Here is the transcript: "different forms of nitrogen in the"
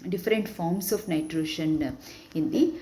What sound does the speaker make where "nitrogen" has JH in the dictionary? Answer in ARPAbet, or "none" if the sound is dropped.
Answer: SH